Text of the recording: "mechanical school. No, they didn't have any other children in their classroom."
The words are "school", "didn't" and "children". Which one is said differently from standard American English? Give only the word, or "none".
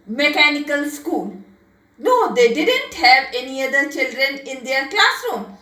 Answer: none